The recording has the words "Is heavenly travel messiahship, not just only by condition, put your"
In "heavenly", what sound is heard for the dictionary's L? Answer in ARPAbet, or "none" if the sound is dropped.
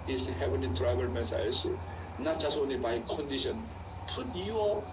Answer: none